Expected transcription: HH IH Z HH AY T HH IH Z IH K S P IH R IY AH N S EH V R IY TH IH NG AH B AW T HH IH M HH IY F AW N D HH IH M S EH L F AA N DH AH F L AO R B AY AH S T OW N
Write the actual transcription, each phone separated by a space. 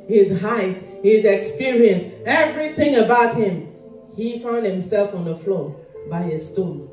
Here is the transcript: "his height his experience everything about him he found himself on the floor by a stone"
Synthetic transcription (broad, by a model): HH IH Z HH AY T HH IH Z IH K S P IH R IY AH N S EH V R IY TH IH NG AH B AW T HH IH M HH IY F AW N D HH IH M S EH L F AA N DH AH F L AO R B AY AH S T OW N